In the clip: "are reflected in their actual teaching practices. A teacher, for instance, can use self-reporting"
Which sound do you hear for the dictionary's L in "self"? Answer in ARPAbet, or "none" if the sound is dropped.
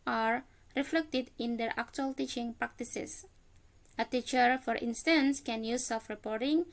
none